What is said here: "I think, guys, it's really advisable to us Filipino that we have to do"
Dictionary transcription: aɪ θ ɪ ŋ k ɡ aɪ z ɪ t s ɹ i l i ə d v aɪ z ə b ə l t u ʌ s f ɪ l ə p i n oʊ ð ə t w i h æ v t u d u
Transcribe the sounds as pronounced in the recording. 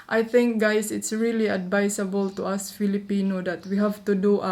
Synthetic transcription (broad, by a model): aɪ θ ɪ ŋ k ɡ aɪ s ɪ t s ɹ i l i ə d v aɪ s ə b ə l t u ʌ s f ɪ l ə p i n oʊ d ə t w i h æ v t u d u